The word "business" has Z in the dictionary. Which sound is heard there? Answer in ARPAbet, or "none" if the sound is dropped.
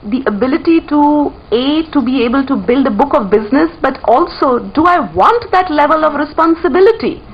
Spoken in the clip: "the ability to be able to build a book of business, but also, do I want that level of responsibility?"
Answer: Z